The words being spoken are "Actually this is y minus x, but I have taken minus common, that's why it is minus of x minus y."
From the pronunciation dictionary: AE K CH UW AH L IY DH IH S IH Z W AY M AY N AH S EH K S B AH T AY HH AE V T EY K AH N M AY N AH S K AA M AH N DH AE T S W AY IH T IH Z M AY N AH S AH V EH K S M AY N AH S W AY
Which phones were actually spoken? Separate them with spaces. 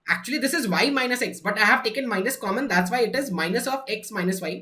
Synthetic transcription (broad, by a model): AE K CH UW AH L IY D IH S IH Z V AY M AY N AH S EH K S B AH T AY HH AE V T EY K AH N M AY N AH S K AA M AH N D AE T S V AY IH T IH Z M AY N AH S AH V EH K S M AY N AH S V AY